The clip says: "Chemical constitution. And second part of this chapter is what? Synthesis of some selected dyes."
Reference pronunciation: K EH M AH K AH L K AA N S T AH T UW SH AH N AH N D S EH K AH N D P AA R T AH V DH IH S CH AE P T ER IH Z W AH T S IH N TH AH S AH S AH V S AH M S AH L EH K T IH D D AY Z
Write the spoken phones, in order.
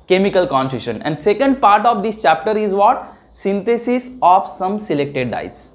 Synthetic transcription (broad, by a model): K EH M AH K AH L K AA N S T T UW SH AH N AH N D S EH K AH N D P AA R T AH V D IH S CH AE P T ER IH Z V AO T S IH N T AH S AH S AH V S AH M S AH L EH K T IH D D AY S